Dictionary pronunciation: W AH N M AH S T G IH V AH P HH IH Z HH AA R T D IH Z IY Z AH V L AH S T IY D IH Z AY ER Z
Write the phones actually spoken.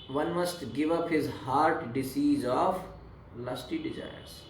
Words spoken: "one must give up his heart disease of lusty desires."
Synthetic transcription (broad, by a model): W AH N M AH S T G IH V AH P HH IH Z HH AA R T D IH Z IY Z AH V L AH S T IY D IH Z AY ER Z